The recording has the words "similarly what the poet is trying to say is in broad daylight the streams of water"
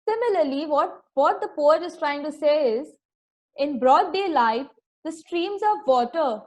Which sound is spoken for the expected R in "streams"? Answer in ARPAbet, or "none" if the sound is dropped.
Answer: R